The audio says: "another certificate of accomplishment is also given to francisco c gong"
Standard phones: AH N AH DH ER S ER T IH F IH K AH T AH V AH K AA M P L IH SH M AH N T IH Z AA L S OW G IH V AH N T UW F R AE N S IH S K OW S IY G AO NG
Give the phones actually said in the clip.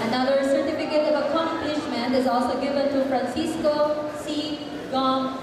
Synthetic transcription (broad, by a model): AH N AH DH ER S ER T IH F IH K AH T AH V AH K AA M P L IH SH M AH N T IH Z AA L S OW G IH V AH N T UW F R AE N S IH S K OW S IY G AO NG